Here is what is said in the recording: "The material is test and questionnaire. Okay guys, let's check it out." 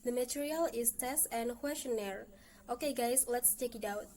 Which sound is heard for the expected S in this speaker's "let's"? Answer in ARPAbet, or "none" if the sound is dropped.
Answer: S